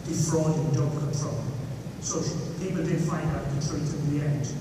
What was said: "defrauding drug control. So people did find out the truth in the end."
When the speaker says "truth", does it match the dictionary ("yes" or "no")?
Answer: no